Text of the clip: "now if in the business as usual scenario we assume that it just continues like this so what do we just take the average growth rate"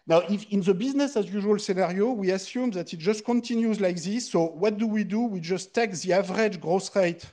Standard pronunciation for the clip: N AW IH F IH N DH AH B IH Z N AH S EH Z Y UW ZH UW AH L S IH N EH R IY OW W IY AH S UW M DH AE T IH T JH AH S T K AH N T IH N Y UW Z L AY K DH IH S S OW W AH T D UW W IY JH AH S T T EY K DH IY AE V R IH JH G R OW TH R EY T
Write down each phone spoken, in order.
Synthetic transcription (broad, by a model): N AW IH F IH N DH AH B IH Z N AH S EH Z Y UW ZH UW AH L S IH N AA R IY OW W IY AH S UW M DH AE T IH T JH AH S T K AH N T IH N Y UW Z L AY K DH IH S S OW W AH T D UW W IY JH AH S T T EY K DH IY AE V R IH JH G R OW S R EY T